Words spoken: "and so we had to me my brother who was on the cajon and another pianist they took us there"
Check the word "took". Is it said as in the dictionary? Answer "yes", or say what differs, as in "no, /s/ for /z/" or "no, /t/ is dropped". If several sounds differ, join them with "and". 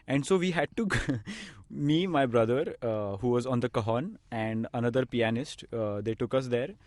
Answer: yes